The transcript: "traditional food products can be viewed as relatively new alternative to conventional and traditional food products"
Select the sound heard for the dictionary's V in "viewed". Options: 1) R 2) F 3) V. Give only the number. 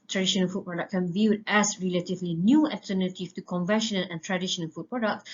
3